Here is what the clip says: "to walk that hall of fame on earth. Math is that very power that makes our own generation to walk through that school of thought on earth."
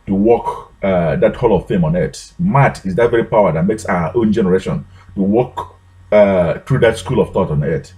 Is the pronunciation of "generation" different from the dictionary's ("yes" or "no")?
no